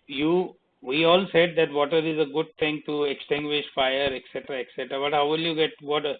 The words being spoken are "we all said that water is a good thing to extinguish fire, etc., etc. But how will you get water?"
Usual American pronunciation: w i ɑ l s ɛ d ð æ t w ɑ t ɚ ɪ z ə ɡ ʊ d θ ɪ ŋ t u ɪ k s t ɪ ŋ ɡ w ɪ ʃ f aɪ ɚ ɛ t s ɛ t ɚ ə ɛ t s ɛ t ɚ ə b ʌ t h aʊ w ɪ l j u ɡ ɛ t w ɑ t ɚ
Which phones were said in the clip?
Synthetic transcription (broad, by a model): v i ɑ l s ɛ d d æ t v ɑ t ɚ ɪ z ə ɡ ʊ d t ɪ ŋ t u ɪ k s t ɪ ŋ ɡ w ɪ ʃ f aɪ ɚ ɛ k s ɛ t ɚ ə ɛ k s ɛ t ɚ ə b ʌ t h aʊ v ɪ l j u ɡ ɛ t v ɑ t ɚ